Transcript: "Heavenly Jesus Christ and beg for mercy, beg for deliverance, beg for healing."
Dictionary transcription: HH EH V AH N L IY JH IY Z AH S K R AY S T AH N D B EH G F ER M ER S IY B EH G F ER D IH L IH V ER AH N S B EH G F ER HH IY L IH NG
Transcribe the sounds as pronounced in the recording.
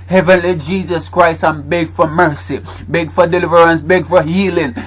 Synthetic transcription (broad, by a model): HH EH V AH N L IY JH IY Z AH S K R AY S T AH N B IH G F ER M ER S IY B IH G F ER D IH L IH V ER AH N S B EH G F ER HH IY L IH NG